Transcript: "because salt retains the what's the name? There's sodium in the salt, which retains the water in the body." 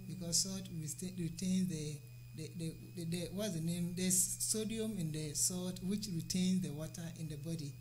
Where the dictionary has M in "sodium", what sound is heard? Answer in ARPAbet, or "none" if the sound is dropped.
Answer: M